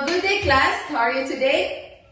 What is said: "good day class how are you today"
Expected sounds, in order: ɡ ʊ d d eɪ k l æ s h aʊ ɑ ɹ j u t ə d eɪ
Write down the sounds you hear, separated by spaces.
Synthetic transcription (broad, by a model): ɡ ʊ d d eɪ k l æ s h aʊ ɑ ɹ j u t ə d eɪ